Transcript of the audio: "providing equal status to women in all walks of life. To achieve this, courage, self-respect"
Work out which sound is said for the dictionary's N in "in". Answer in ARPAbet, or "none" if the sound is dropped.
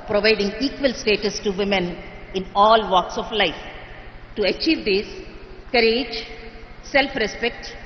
N